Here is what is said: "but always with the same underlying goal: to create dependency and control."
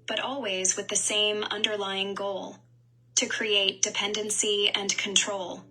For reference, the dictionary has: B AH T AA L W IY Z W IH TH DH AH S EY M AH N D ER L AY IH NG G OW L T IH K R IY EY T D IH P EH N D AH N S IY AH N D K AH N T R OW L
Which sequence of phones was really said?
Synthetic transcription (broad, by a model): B AH T AA L W IY Z W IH DH AH S EY M AH N D ER L AY IH NG G OW L T IH K R IY EY T D IH P EH N D AH N S IY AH N K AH N T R OW L